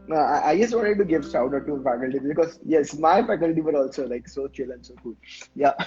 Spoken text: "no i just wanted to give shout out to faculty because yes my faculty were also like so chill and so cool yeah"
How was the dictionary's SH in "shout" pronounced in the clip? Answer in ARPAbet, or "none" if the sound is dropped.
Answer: S